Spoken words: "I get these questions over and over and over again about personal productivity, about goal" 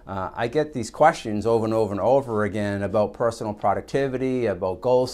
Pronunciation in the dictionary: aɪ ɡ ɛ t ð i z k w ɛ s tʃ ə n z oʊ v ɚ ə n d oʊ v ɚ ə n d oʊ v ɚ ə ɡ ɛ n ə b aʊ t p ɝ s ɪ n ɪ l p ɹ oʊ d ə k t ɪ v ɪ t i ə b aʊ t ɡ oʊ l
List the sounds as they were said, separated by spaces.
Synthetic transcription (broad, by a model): aɪ ɡ ɛ t ð i z k w ɛ s tʃ ə n z oʊ v ɚ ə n oʊ v ɚ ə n oʊ v ɚ ə ɡ ɛ n ə b aʊ t p ɝ s n l p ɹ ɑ d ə k t ɪ v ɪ t i ə b aʊ t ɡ oʊ l